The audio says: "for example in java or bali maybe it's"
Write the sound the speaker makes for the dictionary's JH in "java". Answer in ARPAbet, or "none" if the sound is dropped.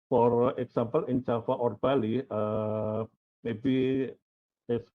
CH